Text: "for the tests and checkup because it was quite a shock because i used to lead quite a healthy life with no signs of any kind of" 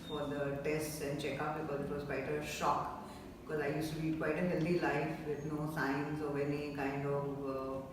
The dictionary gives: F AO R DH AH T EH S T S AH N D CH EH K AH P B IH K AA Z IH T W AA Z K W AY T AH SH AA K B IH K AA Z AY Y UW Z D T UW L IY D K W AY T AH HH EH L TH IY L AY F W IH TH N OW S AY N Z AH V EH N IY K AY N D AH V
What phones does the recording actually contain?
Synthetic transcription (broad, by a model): F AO R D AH T EH S T S AH N D CH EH K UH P B IH K AA Z IH T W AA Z K W AY T AH SH AA K B IH K AA Z AY Y UW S T UW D IY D K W AY T AH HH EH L T IY L AY F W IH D N OW S AY N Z AH V EH N IY K AY N D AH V